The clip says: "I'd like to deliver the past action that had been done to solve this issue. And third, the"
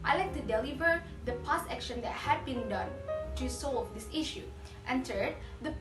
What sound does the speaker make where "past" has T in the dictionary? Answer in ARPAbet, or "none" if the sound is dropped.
none